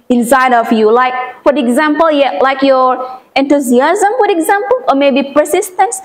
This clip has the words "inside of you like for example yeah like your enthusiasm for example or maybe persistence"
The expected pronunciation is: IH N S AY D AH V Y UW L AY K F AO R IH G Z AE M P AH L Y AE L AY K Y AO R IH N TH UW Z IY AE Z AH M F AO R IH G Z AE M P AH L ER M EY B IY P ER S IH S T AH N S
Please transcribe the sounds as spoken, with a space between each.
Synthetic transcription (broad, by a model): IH N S AY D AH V Y UW L AY K F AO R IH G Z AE M P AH L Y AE L AY K Y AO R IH N T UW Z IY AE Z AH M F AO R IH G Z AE M P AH L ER M EY B IY P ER S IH S T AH N S